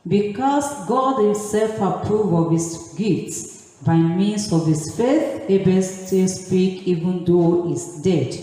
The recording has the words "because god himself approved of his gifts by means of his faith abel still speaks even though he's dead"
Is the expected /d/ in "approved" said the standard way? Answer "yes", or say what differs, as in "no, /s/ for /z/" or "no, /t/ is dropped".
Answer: no, /d/ is dropped